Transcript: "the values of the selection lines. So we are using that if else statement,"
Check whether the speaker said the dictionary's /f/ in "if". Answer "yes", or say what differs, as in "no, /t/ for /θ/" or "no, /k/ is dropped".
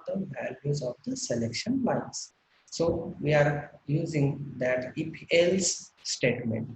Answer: no, /p/ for /f/